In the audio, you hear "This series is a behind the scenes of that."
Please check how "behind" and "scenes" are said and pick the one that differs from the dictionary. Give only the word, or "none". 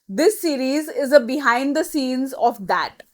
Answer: none